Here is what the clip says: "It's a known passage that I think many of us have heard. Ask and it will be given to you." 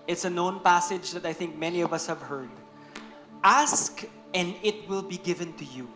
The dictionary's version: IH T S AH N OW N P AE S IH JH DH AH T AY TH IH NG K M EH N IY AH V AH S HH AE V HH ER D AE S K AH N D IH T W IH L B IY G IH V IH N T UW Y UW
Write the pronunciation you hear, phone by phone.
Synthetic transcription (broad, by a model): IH T S AH N OW N P AE S IH JH DH AH T AY TH IH NG K M EH N IY AH V AH S HH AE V HH ER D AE S K AH N D IH T W IH L B IY G IH V IH N T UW Y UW